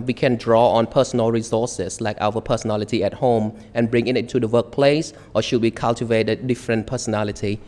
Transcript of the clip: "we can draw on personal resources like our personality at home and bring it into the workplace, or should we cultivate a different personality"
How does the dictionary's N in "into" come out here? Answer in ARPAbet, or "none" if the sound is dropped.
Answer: none